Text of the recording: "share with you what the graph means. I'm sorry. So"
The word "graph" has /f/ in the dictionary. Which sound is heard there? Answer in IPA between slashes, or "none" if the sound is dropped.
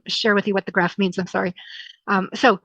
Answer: /f/